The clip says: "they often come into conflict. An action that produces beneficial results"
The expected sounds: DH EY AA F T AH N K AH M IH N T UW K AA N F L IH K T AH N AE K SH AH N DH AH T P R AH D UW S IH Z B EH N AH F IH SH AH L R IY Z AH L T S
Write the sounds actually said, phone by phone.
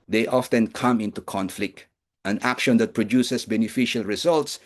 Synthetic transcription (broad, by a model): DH EY AA F T AH N K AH M IH N T UW K AA N F L IH K T AH N AE K SH AH N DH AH T P R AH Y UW S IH S B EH N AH F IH SH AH L R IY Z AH L T S